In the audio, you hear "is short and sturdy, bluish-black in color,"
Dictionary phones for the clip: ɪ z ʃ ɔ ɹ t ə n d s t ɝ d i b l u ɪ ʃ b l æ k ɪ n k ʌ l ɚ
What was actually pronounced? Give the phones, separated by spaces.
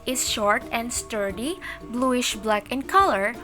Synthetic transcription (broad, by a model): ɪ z ʃ ɔ ɹ t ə n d s t ɝ d i b l u ɪ ʃ b l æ k ɪ n k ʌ l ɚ